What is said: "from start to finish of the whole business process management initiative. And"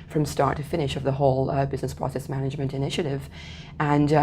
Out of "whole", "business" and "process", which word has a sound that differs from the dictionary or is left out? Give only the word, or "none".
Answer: none